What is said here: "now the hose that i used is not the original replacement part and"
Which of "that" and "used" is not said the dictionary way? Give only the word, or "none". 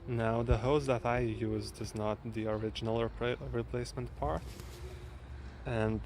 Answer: none